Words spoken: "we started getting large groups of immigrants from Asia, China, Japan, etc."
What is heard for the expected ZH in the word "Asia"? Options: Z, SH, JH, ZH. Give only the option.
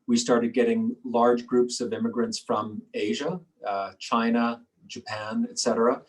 ZH